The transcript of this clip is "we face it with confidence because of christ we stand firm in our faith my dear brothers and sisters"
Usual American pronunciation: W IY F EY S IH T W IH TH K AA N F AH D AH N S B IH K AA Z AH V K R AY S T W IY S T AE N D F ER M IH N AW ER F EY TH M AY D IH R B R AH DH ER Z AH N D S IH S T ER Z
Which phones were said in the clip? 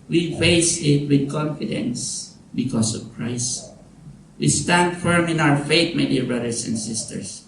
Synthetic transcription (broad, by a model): W IY F EY S IH T W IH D K AA N F AH D AH N S B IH K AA S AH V K R AY S T W IY S T AE N D F ER M IH N AW ER F EY T M AY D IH R B R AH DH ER S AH N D S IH S T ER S